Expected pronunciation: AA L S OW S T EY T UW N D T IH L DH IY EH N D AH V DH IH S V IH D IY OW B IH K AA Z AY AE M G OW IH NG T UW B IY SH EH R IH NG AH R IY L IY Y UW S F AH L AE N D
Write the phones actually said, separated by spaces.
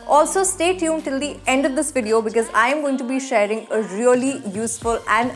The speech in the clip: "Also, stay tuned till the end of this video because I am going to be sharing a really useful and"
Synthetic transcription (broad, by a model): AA L S OW S T EY T UW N T IH L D IY EH N D AH V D IH S V IH D IY OW B IH K AA Z AY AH M G OW IH NG T UW B IY SH EH R IH NG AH R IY L IY Y UW S F AH L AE N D